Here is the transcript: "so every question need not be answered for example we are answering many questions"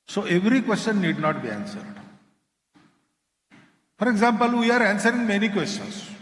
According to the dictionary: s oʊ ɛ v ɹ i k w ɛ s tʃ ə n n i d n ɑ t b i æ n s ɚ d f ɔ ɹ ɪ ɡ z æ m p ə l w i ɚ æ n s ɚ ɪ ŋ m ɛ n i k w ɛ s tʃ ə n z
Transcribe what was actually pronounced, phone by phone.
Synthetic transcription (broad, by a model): s oʊ ɛ v ɹ i k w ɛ s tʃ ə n n i d n ɑ t b i æ n s ɚ d f ɔ ɹ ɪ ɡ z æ m p ə l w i ɚ æ n s ɚ ɪ ŋ m ɛ n i k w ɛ s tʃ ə n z